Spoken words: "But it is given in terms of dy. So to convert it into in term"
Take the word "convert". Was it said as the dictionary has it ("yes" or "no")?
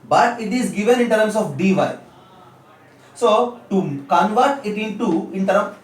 yes